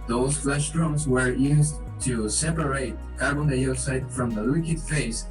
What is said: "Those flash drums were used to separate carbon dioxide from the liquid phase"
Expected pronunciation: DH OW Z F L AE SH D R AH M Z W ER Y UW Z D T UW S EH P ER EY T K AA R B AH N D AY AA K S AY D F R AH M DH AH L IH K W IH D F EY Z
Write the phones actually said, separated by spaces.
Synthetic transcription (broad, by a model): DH OW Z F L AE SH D R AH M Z W ER Y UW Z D T UW S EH P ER EY T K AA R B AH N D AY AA S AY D F R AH M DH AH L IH K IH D F EY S